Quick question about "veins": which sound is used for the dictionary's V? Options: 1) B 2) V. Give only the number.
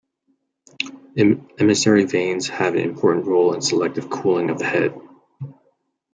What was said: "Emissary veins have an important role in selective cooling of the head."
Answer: 2